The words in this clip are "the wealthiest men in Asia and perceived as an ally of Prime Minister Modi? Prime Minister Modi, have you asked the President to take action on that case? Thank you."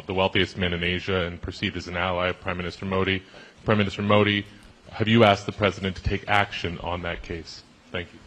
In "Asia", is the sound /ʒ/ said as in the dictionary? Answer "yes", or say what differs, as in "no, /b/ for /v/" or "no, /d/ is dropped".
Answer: yes